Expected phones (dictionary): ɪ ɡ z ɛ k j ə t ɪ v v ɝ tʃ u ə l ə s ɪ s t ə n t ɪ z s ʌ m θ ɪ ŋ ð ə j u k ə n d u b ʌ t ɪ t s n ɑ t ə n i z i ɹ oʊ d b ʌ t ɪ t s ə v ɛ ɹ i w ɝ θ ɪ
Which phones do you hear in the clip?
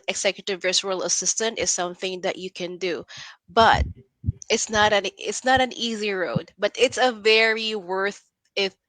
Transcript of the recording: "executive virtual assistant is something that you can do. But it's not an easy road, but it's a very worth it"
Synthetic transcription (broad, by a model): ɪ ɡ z ɛ k j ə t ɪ v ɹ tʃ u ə l ə s ɪ s t ə n t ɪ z s ʌ m θ ɪ ŋ ð ə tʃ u k ə n d u b ʌ t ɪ t s n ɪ t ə n i z i ɹ oʊ d b ʌ t ɪ t s ə v ɛ ɹ i w ɝ θ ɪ